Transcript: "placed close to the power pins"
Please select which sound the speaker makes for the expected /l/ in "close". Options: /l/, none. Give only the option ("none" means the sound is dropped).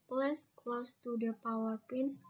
/l/